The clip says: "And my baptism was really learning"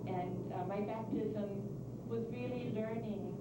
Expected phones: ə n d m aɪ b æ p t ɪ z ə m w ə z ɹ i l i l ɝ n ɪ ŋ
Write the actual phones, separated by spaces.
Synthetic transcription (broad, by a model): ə n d m aɪ b æ p t ɪ z ə m w ə z ɹ i l i l ɝ n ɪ ŋ